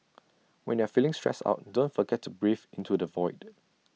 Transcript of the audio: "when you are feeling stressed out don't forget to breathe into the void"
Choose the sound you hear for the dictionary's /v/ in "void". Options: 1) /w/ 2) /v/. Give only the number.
2